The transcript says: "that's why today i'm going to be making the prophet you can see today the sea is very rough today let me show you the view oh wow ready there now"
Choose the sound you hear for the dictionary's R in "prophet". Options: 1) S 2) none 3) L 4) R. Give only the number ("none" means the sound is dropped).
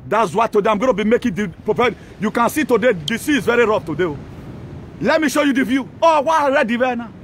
2